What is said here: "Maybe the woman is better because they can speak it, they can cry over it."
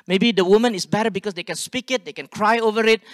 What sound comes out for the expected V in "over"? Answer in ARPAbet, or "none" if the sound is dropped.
V